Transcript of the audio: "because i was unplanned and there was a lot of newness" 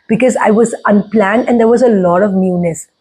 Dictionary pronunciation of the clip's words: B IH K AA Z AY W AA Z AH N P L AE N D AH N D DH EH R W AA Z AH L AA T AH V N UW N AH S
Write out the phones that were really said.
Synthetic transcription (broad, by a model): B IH K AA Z AY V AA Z AH N P L AE N D AH N D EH R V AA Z AH L AA T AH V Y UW N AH S